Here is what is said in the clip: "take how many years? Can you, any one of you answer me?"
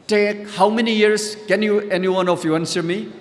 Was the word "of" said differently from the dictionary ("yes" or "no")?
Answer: yes